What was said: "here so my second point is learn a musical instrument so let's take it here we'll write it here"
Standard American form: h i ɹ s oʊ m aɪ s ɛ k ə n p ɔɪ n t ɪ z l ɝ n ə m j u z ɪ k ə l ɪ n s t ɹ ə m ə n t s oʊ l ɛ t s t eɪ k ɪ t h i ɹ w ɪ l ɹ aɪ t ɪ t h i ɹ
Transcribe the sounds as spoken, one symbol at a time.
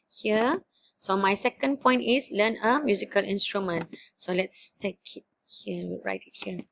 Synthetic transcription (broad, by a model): h i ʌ s oʊ m aɪ s ɛ k ə n p ɔɪ n t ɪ s l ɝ n ə m j u z ɪ k ə l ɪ n s t ɹ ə m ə n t s oʊ l ɛ t s t eɪ k ɪ t h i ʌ ɹ aɪ t ɪ t h i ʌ